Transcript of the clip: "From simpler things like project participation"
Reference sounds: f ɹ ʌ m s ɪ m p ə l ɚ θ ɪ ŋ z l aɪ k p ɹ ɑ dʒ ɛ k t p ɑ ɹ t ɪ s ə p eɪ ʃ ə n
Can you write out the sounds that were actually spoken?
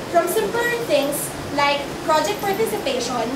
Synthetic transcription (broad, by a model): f ɹ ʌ m s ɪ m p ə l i t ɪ ŋ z l aɪ k p ɹ ɑ dʒ ɛ k t p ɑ ɹ t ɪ s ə p eɪ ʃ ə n